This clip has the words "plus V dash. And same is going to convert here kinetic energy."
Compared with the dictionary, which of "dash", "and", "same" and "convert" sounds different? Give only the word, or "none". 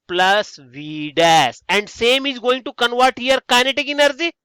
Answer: dash